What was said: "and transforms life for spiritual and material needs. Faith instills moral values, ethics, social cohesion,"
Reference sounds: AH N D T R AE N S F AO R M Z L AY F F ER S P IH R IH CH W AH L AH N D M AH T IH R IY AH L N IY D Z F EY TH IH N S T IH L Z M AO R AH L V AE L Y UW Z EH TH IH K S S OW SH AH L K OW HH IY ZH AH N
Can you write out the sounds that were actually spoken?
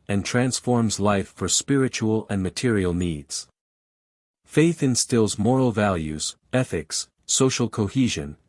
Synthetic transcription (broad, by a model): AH N T R AE N S F AO R M Z L AY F F ER S P IH R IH CH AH L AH N M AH T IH R IY L N IY D Z F EY TH IH N S T IH L Z M AO R L V AE L Y UW Z EH TH IH K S S OW SH L K OW HH IY ZH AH N